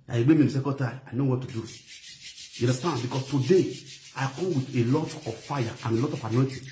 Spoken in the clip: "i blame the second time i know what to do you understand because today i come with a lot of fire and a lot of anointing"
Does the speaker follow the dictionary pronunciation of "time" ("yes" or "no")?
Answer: no